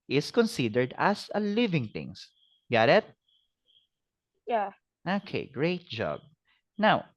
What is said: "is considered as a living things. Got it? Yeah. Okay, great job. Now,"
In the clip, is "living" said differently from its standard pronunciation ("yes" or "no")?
no